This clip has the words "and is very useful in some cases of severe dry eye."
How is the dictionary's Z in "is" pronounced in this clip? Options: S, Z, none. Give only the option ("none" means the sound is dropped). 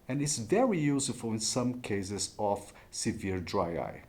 S